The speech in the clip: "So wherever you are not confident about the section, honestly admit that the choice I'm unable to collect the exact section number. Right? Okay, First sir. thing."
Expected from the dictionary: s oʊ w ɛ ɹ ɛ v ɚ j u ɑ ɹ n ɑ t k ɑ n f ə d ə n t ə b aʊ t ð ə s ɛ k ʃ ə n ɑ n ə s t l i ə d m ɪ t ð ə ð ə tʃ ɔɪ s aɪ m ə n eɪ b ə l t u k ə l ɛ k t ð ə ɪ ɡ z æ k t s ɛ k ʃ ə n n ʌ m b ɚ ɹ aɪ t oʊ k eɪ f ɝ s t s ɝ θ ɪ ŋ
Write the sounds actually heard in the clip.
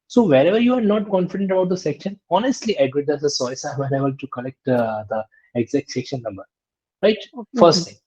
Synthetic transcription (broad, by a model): s oʊ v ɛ ɹ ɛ v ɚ j u ɑ ɹ n ɑ t k ɑ n f ə d ə n t ə b aʊ t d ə s ɛ k ʃ ə n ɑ n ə s t l i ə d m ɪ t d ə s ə s ɔɪ s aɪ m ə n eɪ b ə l t u k ə l ɛ k t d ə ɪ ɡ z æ k t s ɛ k ʃ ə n n ʌ m b ɚ ɹ aɪ t f ɝ s t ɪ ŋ